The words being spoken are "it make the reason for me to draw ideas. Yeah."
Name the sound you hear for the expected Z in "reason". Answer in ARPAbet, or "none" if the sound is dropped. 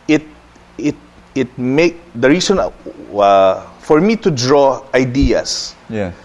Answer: S